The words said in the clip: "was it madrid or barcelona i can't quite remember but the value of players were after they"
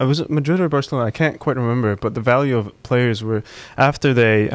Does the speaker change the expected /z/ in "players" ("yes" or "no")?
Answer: no